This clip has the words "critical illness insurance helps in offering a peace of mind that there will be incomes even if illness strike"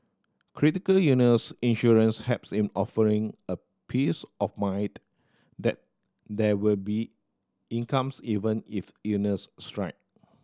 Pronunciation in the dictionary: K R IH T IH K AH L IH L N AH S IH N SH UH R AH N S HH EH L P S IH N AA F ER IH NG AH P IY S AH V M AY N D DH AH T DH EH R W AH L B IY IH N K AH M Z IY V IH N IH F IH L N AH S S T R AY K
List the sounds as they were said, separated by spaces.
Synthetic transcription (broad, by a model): K R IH T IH K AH L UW N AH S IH N SH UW R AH N S HH EH P S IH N AA F ER IH NG AH P IY S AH F M AY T D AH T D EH W AH L B IY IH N K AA M S IY V IH N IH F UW N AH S S T R AY K